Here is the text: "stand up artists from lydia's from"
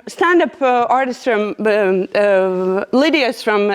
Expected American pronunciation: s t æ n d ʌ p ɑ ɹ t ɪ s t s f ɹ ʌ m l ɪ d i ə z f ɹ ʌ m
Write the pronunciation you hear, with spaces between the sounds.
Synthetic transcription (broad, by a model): s t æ n d ʌ p ɑ ɹ t ɪ s t s f ɹ ʌ m l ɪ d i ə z f ɹ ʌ m